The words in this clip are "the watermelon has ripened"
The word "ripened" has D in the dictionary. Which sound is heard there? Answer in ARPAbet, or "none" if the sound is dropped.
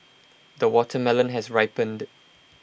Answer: D